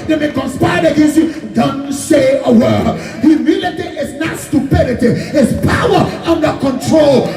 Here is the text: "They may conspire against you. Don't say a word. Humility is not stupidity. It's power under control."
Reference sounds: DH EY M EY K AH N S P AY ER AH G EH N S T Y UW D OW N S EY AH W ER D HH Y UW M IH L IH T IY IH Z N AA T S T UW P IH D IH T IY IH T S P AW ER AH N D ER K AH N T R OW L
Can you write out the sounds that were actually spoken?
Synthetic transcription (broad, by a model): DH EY M EY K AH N S P AY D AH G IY S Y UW D OW N S EY AH W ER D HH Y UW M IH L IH T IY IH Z N AA T S T UW P IH D IH T IY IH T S P AW ER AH N D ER K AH N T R OW L